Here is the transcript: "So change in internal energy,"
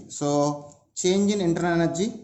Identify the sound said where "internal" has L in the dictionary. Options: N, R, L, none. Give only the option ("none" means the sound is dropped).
N